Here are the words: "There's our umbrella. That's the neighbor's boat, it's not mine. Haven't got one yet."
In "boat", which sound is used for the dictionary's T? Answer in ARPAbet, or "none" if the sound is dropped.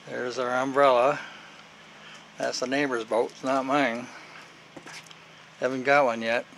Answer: none